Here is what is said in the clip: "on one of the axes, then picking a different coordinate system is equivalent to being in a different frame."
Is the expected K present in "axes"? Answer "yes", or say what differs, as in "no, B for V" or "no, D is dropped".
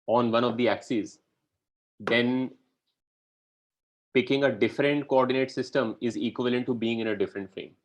yes